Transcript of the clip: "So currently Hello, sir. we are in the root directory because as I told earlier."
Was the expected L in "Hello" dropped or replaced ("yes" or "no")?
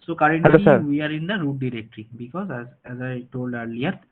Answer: yes